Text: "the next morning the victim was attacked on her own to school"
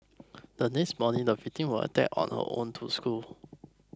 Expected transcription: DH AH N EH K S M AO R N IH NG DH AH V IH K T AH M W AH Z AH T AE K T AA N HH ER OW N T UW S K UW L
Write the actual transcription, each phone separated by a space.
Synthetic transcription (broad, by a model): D AH N EH K S M AO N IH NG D AH F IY T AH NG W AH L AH T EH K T AA N HH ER OW N T UW S K UW L